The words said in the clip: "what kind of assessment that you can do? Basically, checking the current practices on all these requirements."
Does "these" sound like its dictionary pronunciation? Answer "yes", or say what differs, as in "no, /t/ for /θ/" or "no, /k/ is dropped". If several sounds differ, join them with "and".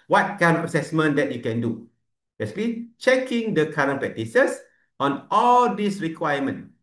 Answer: no, /s/ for /z/